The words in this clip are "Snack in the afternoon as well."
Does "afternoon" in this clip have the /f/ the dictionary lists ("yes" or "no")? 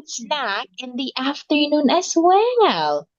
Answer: yes